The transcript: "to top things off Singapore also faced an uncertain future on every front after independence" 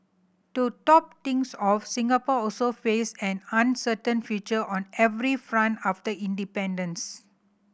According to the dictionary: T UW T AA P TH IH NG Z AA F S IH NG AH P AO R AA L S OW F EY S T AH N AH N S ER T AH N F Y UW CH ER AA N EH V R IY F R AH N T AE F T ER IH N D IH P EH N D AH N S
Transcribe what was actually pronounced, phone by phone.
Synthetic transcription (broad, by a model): T UW T AA P T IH NG S AA F S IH NG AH P AO AA L S OW F EY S AH N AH N S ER T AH N F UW CH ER AA N EH V R IY F R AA N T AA F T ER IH N D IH P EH N D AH N S